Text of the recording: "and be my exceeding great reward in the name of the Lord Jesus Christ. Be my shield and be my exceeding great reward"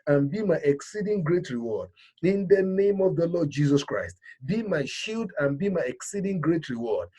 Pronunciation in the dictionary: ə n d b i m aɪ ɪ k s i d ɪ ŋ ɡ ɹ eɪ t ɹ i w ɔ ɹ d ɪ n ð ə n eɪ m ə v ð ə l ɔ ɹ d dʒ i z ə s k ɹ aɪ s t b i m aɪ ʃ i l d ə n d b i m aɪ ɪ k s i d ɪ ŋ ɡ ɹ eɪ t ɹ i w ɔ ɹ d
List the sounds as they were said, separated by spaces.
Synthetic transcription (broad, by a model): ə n b i m aɪ ɪ k s i d ɪ ŋ ɡ ɹ eɪ t ɹ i w ɔ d ɪ n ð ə n eɪ m ə v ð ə l ɔ d dʒ i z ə s k ɹ aɪ s t b i m aɪ ʃ i l d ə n b i m aɪ ɪ k s i d ɪ ŋ ɡ ɹ eɪ t ɹ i w ɔ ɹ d